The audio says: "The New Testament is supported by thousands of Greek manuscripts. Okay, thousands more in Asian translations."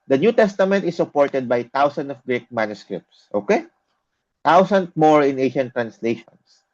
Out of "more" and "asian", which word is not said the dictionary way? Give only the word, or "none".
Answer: asian